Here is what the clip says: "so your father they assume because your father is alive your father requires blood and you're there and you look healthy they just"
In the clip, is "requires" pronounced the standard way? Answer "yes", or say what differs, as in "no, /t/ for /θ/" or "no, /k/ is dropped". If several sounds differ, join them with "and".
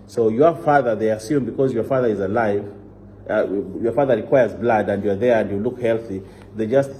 yes